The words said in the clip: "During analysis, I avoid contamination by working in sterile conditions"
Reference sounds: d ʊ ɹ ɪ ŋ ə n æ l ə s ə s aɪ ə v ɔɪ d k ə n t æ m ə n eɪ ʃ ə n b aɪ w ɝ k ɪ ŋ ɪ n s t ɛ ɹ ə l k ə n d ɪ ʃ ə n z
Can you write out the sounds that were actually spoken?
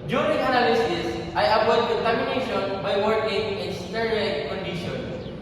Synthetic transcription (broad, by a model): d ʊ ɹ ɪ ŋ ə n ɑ l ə s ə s aɪ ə p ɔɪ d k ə n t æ m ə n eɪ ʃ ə n b aɪ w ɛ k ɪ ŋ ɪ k s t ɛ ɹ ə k k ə n d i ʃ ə n